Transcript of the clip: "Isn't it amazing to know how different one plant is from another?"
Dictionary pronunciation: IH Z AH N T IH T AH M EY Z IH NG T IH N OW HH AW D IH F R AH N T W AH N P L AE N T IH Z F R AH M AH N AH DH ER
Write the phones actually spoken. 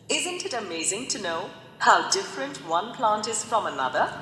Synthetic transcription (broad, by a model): IH Z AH N T IH T AH M EY Z IH NG T IH N OW HH AW D IH F R AH N T W AH N P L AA N T IH Z F R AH M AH N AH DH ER